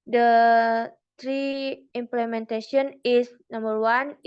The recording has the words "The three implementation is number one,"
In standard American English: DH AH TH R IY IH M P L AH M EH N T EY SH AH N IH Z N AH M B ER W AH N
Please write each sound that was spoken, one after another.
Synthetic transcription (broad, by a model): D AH T R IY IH M P L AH M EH N T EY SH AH N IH S N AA M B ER W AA N